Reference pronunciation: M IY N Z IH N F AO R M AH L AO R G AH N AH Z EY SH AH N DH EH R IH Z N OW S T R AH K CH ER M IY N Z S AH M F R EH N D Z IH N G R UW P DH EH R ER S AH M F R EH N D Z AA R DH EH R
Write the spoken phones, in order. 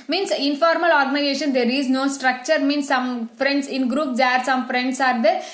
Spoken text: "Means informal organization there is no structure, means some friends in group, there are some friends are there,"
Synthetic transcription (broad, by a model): M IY N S IH N F AO R M AH L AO R G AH N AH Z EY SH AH N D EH R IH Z N OW S T R AH K CH ER M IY N S AH M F R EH N D S IH N G R UW P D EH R S AH M F R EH N D S AA R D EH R